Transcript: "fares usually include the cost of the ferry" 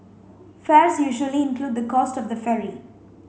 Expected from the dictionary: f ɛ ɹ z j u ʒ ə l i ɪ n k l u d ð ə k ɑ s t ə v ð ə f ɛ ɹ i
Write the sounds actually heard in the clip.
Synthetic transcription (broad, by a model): f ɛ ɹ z j u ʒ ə l i ɪ n k l u d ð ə k ɑ s t ə v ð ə f ɛ ɹ i